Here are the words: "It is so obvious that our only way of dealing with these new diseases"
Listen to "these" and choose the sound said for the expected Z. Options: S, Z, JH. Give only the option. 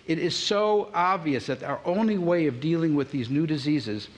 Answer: Z